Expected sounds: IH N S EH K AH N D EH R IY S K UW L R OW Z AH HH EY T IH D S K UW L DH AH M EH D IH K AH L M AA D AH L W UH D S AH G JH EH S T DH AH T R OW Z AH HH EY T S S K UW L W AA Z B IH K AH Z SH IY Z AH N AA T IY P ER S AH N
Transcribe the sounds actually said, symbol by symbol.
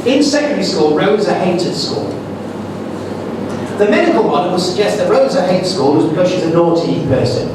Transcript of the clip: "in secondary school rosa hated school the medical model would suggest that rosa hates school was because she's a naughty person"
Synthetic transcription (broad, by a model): IH N S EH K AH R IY S K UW L R OW Z AH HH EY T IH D S K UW L DH AH M EH D IH K AH L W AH N W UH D S AH G JH EH S T DH AH T R OW Z AH HH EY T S S K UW L W AA Z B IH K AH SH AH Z AH N AA T IY P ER S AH N